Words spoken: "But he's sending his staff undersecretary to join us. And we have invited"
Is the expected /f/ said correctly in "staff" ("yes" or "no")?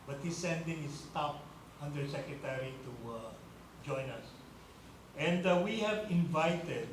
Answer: no